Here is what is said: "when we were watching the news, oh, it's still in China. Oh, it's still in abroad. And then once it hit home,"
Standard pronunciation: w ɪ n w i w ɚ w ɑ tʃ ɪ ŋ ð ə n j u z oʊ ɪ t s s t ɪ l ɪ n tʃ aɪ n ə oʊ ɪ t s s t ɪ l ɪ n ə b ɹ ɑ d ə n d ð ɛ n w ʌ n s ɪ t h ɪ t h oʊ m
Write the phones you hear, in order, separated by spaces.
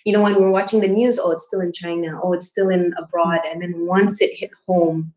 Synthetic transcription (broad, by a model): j ɪ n w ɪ w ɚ w ɑ tʃ ɪ ŋ ð ə n j u z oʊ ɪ t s s t ɪ l ɪ n tʃ aɪ n ə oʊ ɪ t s s t ɪ l ɪ n ə b ɹ ɑ d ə n ð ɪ n w ʌ n s ɪ t h ɪ t h oʊ m